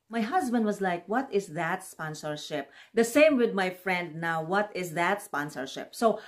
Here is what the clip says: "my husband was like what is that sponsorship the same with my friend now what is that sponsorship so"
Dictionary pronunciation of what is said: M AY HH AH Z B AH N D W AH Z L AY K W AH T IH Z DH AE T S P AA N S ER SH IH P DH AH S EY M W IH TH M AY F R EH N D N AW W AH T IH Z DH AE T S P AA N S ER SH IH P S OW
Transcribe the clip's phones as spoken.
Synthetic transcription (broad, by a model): M AY HH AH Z B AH N D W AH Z L AY K W AH T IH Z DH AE T S P AA N S ER SH IH P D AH S EY M W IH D M AY F R EH N D N AW W AH T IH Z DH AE T S P AA N S ER SH IH P S OW